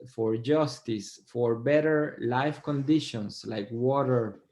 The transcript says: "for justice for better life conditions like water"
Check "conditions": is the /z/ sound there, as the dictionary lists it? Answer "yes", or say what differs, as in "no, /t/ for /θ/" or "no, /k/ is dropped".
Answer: no, /s/ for /z/